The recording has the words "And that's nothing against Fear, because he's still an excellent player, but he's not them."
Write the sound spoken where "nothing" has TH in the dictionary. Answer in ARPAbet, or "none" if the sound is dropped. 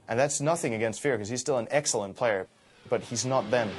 TH